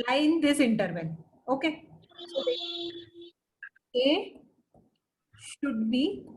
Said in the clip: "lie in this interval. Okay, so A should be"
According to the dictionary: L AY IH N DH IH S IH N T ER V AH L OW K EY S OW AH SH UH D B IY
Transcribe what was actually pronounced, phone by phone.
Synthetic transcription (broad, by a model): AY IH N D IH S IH N T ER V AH N OW K EY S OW AH SH UH D B IY